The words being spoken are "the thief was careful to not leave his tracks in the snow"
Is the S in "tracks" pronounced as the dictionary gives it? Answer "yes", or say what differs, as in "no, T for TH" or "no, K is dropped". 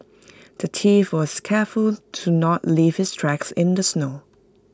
yes